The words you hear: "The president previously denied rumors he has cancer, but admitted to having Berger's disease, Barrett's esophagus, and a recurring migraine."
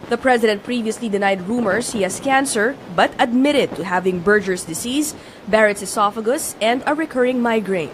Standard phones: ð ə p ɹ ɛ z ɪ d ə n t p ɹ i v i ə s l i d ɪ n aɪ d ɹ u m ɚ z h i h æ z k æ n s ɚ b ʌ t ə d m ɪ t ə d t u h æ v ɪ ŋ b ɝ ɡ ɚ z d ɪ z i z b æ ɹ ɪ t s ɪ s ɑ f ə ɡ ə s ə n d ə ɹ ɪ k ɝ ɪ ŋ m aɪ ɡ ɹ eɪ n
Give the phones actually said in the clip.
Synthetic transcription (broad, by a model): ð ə p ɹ ɛ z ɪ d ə n t p ɹ i v i ə s l i d ɪ n aɪ d ɹ u m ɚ s h i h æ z k æ n s ɚ b ʌ t ə d m ɪ t ə d t u h æ v ɪ ŋ b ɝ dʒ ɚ s d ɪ s i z b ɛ ɹ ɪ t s ɪ s ɑ f ə ɡ ə s ə n d ə ɹ ɪ k ɝ ɪ ŋ m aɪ ɡ ɹ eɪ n